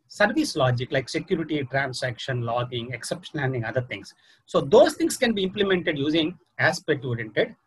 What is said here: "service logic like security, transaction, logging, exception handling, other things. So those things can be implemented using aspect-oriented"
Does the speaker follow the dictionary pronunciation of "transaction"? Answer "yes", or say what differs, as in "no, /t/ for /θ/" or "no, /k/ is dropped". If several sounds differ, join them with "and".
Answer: no, /s/ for /z/